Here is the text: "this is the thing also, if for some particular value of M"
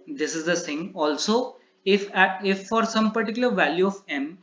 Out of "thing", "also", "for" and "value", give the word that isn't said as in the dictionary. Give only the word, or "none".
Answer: thing